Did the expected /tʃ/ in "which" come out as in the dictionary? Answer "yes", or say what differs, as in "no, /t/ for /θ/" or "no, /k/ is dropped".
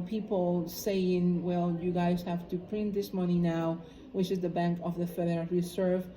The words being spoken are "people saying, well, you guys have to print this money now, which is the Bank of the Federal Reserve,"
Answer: yes